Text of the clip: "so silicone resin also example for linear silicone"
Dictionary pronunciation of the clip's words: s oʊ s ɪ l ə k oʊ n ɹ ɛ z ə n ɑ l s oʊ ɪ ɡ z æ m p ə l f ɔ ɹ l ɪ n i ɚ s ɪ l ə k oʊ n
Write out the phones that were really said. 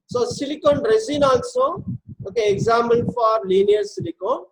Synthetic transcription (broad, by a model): s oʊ s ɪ l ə k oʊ n ɹ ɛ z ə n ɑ n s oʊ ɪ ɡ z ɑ m ə n f ɔ ɹ l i n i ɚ s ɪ l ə k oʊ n